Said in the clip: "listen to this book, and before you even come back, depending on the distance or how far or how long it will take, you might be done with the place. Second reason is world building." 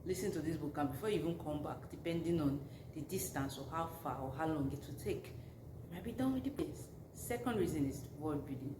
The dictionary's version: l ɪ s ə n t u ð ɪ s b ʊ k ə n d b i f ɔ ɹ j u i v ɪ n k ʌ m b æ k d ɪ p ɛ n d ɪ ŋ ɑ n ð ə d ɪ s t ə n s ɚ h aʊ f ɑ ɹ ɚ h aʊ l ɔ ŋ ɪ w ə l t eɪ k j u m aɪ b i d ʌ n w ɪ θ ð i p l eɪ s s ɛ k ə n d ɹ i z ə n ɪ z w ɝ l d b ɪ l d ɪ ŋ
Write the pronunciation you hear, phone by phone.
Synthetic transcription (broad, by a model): l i s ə n t u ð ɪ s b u k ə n b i f ɔ j u i v ɪ n k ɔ m b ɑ k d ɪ p ɛ n d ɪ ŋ ɑ n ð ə d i s t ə n s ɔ h aʊ f ɑ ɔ h aʊ l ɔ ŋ ɪ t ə t eɪ k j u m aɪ b i d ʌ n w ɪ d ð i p eɪ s s ɛ k ə n d ɹ i z ə n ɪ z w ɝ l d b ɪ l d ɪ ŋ